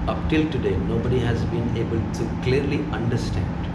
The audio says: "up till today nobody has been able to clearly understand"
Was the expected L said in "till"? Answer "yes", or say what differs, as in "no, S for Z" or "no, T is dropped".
yes